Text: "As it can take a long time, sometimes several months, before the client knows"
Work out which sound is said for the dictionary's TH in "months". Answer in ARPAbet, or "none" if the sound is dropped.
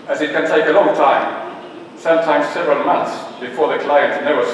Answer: TH